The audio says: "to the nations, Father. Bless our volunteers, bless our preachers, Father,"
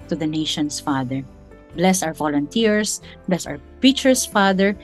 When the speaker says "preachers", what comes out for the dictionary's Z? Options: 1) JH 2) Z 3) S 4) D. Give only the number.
3